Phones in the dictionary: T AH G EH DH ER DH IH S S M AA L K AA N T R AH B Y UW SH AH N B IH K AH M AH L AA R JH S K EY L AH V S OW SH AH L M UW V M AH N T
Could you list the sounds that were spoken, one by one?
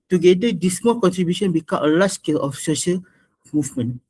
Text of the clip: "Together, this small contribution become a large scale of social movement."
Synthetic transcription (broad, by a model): T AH G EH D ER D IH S S M AA L K AA N T R AH B Y UW SH AH N B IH K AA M AH L AA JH S K EY L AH F S OW SH AH L M UW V M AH N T